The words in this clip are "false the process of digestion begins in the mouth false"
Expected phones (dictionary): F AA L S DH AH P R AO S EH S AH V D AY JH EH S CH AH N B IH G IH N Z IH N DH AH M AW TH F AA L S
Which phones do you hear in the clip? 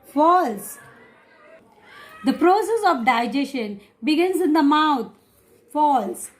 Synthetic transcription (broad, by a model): F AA L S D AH P R AO S EH S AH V D AY JH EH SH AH N B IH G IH N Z IH N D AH M AW T F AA L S